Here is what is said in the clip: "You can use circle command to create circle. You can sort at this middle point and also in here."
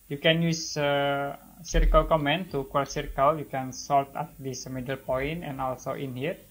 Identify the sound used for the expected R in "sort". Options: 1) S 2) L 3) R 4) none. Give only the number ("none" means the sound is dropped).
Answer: 2